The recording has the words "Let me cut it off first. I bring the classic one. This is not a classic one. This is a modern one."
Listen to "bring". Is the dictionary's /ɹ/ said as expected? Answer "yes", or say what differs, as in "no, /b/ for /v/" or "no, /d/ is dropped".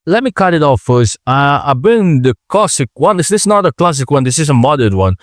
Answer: no, /ɹ/ is dropped